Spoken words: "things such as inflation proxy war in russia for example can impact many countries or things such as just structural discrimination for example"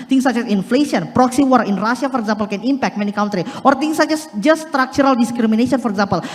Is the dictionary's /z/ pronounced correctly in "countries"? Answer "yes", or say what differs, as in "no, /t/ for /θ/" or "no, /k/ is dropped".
no, /z/ is dropped